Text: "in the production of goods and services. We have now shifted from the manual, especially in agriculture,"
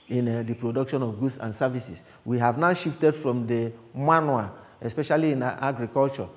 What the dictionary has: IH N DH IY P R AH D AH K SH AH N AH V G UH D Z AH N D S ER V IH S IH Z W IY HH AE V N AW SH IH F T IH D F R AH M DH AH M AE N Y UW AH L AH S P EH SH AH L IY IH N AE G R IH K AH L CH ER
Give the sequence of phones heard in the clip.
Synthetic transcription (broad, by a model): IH N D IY P R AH D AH K SH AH N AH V G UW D S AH N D S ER V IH S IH S W IY HH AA V N AW SH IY F T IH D F R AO M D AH M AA N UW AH S P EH SH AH L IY IH N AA G R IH K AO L CH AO